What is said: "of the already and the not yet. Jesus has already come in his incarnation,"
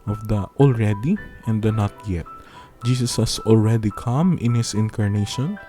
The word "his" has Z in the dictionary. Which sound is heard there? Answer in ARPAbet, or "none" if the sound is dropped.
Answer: S